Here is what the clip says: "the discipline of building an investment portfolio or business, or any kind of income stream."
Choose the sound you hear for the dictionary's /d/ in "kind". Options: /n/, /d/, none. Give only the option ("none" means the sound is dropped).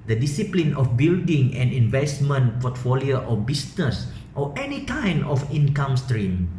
none